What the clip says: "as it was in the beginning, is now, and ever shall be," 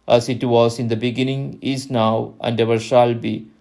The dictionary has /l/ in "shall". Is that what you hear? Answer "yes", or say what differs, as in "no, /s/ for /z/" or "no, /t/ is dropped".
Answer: yes